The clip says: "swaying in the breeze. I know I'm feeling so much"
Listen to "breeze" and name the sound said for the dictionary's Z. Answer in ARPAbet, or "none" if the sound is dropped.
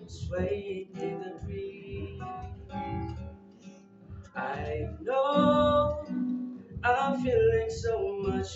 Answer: none